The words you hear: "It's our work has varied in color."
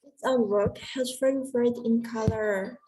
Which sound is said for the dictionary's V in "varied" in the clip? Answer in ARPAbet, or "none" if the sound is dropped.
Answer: F